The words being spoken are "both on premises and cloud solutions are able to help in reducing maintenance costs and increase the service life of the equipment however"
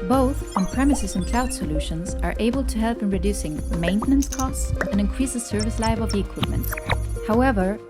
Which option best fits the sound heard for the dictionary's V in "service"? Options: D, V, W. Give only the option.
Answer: V